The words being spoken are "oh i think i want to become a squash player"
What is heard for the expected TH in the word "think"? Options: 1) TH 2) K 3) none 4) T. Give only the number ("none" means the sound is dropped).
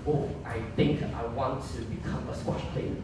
1